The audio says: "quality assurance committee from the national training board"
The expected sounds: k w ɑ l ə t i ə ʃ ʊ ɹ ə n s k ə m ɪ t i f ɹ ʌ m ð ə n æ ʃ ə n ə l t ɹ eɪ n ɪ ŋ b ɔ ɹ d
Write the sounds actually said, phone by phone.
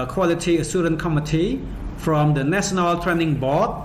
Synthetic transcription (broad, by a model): k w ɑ l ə t i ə s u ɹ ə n k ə m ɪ t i f ɹ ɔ m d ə n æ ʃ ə n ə l t ɹ eɪ n ɪ ŋ b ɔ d